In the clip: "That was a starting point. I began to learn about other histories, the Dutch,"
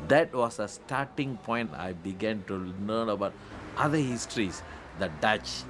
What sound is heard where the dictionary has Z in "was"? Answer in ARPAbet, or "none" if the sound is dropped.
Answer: S